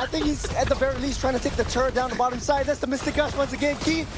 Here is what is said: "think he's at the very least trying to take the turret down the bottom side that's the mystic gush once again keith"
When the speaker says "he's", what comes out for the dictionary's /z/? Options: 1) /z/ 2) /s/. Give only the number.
1